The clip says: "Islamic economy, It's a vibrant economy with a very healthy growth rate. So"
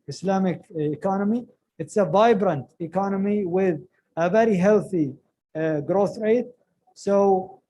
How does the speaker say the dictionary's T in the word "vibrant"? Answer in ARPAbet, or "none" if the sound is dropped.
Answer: T